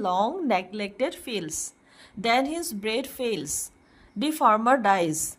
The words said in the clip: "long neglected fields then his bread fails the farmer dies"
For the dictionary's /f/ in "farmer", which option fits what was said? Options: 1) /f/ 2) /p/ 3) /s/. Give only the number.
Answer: 1